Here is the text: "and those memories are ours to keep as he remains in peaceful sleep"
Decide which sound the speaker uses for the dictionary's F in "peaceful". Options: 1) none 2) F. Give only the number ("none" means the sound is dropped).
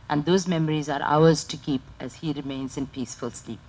2